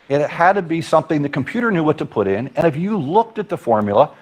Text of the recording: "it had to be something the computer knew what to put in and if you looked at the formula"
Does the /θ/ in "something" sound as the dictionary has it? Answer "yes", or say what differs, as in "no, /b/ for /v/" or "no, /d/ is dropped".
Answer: yes